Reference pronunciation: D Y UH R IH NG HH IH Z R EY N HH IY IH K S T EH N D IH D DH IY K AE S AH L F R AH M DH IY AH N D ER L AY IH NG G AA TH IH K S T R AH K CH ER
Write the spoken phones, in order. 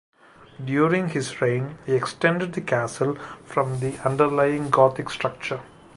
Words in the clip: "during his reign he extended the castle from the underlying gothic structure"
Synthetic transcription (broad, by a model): D Y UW R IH NG HH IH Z R EY N HH IY IH K S T EH N D IH D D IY K AE S AH L F R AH M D IY AH N D ER L AY IH NG G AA T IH K S T R AH K CH ER